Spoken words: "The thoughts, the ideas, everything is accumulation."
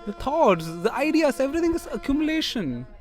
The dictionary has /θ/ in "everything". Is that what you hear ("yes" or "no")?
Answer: no